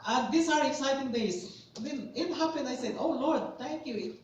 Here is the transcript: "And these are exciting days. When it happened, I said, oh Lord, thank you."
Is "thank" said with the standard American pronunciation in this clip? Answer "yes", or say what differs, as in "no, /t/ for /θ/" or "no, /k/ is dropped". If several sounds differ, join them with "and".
no, /t/ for /θ/